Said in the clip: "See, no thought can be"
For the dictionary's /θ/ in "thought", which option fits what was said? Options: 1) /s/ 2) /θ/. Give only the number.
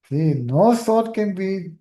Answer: 1